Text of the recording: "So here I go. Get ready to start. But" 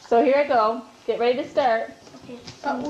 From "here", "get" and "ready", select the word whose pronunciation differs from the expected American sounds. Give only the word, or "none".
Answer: none